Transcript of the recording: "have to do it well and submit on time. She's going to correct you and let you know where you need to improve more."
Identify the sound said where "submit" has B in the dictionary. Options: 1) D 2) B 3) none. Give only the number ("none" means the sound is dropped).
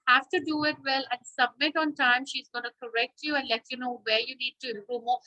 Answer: 2